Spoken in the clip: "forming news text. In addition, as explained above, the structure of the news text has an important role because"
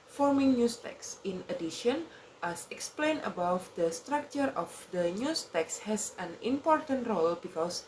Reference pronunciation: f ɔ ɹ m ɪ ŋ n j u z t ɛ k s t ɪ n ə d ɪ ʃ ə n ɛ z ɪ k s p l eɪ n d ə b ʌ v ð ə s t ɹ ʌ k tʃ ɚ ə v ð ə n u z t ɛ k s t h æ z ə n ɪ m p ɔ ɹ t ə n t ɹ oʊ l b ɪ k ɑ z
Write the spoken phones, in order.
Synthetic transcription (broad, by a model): f ɔ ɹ m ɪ ŋ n j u s t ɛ k s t ɪ n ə d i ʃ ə n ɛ s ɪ k s p l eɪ n ə b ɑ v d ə s t ɹ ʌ k tʃ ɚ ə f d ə n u s t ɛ k s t h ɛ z ə n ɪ m p ɔ ɹ t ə n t ɹ oʊ l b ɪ k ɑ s